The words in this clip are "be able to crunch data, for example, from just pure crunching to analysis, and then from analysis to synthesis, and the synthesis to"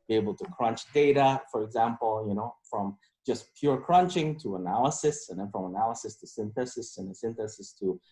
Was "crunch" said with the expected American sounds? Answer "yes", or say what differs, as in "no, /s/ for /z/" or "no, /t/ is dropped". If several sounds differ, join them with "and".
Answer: yes